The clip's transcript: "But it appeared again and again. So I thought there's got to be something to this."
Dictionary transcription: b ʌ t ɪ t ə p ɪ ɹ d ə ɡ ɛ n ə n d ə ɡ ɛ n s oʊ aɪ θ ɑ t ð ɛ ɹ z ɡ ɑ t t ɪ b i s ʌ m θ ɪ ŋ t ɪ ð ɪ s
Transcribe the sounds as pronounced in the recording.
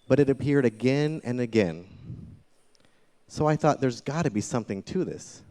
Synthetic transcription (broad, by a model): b ʌ t ɪ t ə p ɪ ɹ d ə ɡ ɛ n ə n ə ɡ ɛ n s oʊ aɪ θ ɑ t ð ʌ ɹ z ɡ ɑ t t ɪ b i s ʌ m θ ɪ ŋ t ɪ ð ɪ s